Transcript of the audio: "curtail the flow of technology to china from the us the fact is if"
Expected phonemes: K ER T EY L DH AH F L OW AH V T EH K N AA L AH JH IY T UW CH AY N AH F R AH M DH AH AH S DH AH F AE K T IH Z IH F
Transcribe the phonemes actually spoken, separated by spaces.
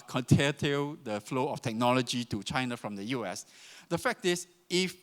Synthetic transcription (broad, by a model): K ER T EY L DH AH F L OW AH F T EH K N AA L AH JH IY T UW CH AY N AH F R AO M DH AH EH S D AH F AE K T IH S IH F